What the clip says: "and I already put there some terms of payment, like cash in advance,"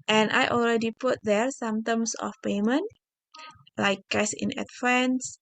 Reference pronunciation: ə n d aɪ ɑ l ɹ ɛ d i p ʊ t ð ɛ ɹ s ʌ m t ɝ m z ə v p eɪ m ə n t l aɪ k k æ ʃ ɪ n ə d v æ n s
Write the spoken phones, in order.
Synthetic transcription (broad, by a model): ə n aɪ ɑ l ɹ ɛ d i p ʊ t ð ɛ ɹ s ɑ m t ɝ m s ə f p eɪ m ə n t l aɪ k k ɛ s ɪ n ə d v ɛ n s